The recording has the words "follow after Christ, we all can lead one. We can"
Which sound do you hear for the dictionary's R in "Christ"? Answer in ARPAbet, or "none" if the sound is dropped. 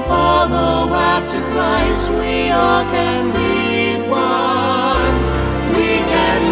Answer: L